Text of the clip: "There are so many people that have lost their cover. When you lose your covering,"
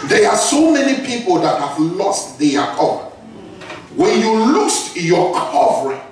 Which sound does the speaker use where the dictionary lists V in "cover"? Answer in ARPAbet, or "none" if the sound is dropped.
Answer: P